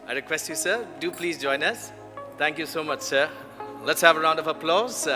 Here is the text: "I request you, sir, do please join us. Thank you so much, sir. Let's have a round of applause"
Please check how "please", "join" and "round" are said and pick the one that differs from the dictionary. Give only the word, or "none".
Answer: none